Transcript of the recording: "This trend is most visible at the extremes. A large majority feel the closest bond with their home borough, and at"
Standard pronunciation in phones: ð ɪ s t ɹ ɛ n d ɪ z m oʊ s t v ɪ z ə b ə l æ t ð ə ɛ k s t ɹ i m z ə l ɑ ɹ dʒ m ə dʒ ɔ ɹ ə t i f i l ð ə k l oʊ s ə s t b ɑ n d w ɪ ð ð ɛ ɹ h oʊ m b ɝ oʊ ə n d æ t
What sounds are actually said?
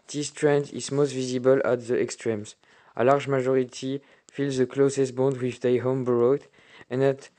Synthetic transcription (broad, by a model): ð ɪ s t ɹ ɛ n d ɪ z m oʊ s t v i z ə b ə l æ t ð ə ɛ k s t ɹ i m z ə l ɑ ɹ dʒ m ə ʒ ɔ ɹ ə t i f i l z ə k l oʊ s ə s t b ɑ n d w ɪ ð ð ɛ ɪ h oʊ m b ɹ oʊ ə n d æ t